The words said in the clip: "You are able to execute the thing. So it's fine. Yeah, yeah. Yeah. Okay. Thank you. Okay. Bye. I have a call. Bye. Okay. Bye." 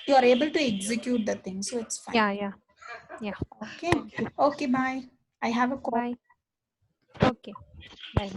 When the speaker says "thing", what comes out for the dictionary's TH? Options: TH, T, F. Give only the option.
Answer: T